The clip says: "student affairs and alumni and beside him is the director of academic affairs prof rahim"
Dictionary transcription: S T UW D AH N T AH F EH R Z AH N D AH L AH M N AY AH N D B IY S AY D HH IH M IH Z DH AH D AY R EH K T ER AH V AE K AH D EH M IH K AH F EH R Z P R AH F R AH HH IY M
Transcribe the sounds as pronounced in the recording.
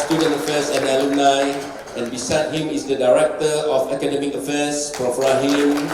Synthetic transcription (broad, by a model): S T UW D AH N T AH F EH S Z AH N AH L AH N AY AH N B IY S AY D HH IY M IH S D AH D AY R EH K T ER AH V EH K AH D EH M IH K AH F EH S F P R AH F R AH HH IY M